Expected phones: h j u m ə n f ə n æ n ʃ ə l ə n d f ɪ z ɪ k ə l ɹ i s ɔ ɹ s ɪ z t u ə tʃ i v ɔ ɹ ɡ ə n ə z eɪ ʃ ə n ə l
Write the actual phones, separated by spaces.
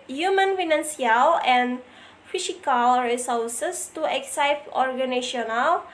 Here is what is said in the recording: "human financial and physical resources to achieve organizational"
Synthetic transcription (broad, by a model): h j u m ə n f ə n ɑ n s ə l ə n f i s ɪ k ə l ɹ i s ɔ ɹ s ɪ s t u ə s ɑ p ɔ ɹ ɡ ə n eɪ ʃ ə n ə l